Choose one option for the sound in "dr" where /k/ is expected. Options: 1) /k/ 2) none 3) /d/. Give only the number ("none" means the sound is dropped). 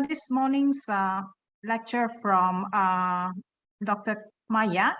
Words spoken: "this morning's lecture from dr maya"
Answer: 1